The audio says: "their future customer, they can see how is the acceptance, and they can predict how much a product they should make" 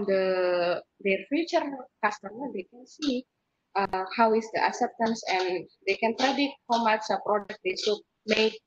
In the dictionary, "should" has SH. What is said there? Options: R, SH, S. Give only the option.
S